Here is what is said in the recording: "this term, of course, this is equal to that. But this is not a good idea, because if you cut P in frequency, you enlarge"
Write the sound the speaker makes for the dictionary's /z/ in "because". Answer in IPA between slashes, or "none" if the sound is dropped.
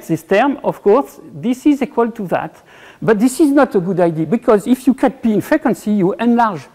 /z/